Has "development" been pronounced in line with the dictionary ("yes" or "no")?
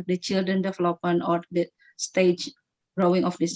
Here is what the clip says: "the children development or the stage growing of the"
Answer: no